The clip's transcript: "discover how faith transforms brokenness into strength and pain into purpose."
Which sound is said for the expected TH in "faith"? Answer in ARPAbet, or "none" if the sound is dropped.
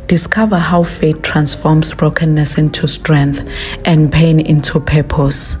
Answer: T